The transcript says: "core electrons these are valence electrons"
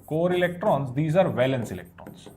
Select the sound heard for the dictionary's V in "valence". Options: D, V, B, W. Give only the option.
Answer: V